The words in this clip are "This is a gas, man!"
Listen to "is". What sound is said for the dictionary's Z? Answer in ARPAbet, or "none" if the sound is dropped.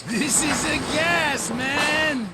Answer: Z